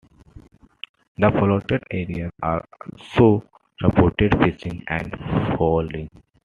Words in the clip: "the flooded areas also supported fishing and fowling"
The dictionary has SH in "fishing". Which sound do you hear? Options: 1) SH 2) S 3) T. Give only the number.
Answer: 2